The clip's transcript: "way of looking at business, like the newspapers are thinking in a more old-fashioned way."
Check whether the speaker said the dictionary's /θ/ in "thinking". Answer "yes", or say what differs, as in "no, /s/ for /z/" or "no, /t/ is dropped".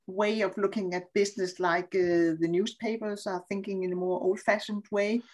yes